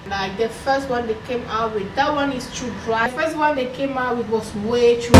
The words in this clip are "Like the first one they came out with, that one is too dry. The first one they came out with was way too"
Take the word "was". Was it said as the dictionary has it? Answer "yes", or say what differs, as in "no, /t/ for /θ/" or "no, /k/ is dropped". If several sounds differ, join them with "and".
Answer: no, /s/ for /z/